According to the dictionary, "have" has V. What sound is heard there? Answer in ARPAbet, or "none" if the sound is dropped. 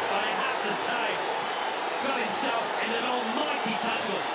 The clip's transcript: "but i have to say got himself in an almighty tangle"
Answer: F